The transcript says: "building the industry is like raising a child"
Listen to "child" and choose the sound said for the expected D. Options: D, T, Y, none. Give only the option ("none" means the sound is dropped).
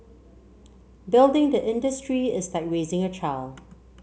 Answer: none